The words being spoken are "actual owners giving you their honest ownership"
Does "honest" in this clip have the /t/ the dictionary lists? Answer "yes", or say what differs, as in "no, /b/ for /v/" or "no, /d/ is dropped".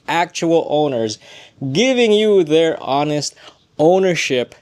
yes